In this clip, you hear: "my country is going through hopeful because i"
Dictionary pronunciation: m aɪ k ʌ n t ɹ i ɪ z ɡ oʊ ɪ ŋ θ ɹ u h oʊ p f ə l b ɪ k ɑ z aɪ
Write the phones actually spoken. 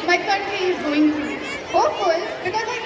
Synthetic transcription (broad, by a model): m aɪ k ʌ n t ɹ i ɪ z ɡ oʊ ɪ ŋ t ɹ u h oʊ f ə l b ɪ k ɑ z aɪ